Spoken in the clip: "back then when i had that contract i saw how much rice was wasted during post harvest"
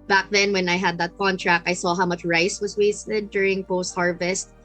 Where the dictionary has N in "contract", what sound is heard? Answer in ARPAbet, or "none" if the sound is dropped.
N